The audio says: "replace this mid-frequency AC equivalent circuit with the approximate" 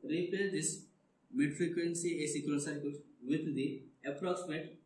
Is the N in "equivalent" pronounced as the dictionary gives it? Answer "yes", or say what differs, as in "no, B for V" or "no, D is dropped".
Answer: no, N is dropped